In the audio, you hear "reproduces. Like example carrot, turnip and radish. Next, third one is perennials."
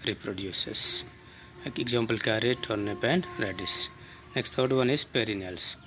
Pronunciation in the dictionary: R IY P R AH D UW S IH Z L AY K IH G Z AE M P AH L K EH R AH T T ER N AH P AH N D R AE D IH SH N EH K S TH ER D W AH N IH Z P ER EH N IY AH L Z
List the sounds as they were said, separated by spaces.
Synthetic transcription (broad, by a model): R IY P R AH D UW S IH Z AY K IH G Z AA M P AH L K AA R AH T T N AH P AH N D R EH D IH S N EH K S T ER D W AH N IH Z P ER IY N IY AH L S